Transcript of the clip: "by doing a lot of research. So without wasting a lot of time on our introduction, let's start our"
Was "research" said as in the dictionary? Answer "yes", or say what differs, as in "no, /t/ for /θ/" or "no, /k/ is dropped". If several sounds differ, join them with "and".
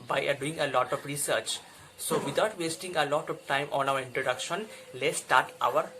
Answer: yes